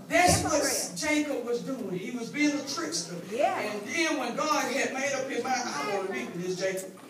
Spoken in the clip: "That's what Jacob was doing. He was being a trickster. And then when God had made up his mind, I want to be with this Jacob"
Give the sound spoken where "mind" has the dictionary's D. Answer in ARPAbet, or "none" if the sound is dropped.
none